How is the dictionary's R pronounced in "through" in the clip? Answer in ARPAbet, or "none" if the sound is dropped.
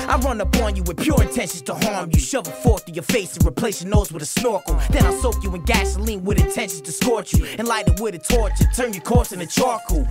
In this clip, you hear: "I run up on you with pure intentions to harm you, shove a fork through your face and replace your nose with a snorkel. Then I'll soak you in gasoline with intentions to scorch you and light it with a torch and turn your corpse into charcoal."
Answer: none